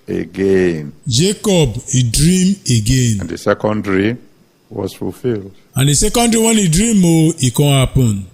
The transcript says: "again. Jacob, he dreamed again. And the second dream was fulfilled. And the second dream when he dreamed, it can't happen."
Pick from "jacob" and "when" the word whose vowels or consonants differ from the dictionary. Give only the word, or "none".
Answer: none